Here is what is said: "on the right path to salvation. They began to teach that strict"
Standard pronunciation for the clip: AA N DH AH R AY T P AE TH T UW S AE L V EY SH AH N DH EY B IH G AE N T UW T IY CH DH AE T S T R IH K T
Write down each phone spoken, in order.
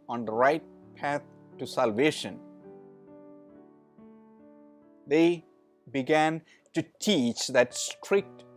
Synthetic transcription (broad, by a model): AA N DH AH R AY T P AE T T UW S AE L V EY SH AH N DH EY B IH G AE N T UW T IY CH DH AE T S T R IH K T